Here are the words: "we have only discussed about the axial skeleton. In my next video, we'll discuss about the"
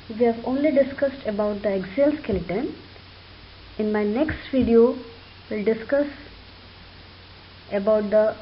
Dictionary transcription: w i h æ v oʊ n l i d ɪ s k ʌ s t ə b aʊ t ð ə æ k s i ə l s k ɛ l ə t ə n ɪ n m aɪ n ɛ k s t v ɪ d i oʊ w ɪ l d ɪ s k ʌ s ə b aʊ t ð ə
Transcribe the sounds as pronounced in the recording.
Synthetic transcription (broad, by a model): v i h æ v oʊ n l i d ɪ s k ʌ s t ə b aʊ t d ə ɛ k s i l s k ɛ l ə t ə n ɪ n m aɪ n ɛ k s t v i d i oʊ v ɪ l d ɪ s k ʌ s ə b aʊ t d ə